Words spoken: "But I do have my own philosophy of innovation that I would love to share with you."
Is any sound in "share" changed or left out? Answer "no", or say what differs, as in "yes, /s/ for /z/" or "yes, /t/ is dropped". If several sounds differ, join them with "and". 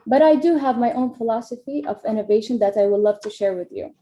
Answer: no